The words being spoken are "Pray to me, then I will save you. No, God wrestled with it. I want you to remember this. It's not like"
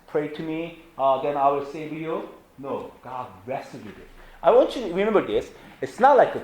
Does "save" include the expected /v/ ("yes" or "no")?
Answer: no